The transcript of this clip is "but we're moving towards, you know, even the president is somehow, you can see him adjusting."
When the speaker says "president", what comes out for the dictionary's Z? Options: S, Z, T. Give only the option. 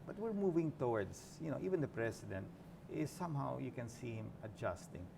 S